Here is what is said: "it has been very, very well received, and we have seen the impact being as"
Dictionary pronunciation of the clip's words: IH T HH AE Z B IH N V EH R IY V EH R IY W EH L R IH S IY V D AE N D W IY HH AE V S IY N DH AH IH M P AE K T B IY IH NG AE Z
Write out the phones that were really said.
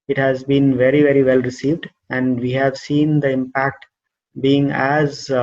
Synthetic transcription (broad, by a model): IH T HH AE Z B IH N V EH R IY V EH R IY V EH L R IH S IY V D AE N D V IY HH AE V S IY N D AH IH M P AE K T B IY IH NG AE Z